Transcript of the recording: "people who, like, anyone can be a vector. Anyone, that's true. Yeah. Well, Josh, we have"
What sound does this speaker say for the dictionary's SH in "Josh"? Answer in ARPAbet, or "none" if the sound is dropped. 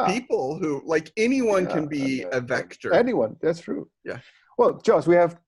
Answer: S